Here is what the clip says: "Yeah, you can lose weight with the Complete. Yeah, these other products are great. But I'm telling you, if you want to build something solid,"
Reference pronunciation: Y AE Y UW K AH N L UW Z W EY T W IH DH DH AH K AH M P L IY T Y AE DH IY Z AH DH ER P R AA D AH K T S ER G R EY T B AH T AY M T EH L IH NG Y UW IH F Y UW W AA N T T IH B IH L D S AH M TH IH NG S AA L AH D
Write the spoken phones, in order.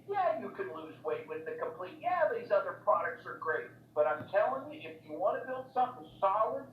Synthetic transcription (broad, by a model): Y AE Y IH K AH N L UW Z W EY T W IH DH DH AH K AH M P L IY T Y AE DH IY Z AH DH ER P R AA D AH K T S ER G R EY T B AH T AY M T EH L IH NG Y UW IH F Y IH W AA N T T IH B IH L D S AH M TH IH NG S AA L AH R